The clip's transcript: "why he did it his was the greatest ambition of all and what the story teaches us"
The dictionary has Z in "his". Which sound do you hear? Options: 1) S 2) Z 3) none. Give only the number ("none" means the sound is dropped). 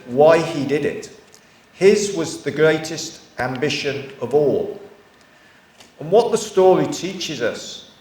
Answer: 2